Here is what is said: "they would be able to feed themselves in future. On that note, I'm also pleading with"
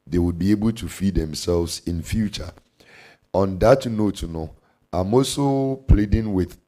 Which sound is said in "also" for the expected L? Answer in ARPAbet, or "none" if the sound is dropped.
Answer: none